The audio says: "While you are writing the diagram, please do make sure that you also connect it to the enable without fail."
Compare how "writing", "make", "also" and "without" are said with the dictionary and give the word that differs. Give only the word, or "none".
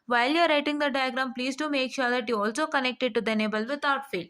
without